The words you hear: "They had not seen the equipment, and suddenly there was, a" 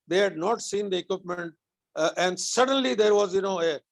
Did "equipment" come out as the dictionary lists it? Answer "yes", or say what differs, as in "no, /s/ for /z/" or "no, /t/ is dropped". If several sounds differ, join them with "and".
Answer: yes